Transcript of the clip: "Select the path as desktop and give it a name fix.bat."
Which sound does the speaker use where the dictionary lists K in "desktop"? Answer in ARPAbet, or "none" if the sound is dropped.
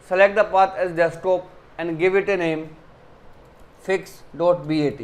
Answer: none